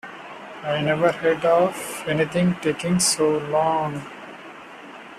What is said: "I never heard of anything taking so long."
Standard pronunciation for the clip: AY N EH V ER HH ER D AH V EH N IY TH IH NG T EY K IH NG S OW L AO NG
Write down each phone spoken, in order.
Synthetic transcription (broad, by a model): AY N EH V ER HH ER D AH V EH N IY T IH NG T EY K IH NG S OW L AO NG